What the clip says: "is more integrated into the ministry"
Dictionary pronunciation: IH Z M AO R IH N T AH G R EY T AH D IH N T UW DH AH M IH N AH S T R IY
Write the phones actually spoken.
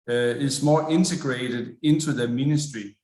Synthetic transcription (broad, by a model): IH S M AO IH N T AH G R EY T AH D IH N S UW DH AH M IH N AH S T R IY